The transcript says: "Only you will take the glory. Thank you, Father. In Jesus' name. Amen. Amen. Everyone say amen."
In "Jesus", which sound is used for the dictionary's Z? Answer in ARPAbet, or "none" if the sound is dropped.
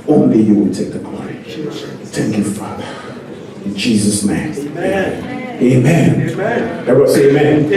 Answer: Z